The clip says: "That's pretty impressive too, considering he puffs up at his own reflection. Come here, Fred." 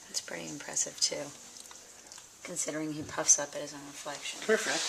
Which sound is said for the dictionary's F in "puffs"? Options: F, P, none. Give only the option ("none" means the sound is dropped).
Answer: F